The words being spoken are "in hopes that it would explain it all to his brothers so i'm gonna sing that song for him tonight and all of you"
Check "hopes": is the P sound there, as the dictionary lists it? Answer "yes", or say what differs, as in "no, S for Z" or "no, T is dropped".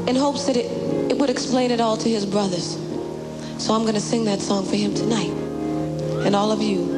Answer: yes